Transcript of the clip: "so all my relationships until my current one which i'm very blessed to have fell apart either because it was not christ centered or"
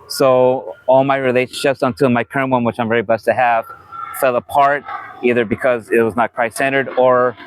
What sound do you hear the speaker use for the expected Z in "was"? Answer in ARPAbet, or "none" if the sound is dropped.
Z